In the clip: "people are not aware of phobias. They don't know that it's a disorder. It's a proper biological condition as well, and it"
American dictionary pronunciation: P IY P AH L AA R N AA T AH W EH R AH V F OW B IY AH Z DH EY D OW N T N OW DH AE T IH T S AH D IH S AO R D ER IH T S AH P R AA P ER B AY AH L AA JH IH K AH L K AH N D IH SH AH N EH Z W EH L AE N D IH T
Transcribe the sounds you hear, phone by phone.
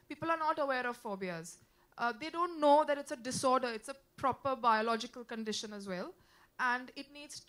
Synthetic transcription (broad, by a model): P IY P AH L AA R N AA T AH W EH R AH V F OW B IY AH Z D EY D OW N T N OW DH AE T IH T S AH D IH S AO R D ER IH T S AH P R AA P ER B AY AH L AA JH IH K AH L K AH N D IH SH AH N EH Z W EH L AE N D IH T